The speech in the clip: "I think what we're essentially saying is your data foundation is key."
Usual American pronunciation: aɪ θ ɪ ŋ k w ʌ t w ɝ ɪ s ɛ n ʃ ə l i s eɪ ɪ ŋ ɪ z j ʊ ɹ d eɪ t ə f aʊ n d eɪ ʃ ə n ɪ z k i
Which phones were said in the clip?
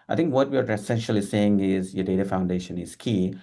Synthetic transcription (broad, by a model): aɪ t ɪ ŋ k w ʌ t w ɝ ɪ s ɛ n ʃ ə l i s eɪ ɪ ŋ ɪ z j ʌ d eɪ t ə f aʊ n d eɪ ʃ ə n ɪ z k i